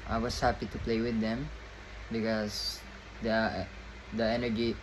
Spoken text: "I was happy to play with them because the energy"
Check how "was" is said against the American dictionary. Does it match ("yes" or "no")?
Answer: no